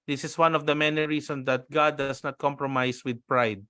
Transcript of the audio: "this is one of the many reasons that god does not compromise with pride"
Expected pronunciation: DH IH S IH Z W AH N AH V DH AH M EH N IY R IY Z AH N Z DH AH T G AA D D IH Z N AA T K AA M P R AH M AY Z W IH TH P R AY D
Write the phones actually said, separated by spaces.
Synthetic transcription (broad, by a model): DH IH S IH S W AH N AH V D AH M EH N IY R IY S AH N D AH T G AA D D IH S N AA T K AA M P R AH M AY S W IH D P R AY D